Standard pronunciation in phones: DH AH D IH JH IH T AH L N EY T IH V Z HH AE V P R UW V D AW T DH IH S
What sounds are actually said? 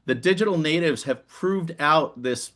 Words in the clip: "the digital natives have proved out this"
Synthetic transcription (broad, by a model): DH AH D IH JH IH T L N EY T IH V Z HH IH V P R UW V D AW T DH IH S